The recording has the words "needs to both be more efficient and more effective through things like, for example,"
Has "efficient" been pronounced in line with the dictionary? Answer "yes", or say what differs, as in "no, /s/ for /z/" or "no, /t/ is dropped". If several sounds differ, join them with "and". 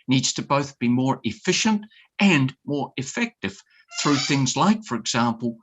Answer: yes